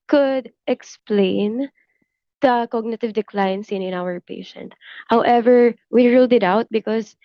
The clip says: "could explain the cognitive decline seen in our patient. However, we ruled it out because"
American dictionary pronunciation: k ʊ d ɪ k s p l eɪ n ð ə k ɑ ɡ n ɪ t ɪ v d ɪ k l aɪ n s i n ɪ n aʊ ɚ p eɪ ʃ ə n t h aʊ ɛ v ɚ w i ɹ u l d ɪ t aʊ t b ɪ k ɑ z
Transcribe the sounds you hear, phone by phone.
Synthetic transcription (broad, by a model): k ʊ d ɪ k s p l eɪ n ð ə k ɑ ɡ n ɪ t ɪ v d ɪ k l aɪ n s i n ɪ n aʊ ɚ p eɪ ʃ ə n t h aʊ ɛ v ɚ w i ɹ u l d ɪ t aʊ t b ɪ k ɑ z